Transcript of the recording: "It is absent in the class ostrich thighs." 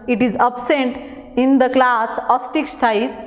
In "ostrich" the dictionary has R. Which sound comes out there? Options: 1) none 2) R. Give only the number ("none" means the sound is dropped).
1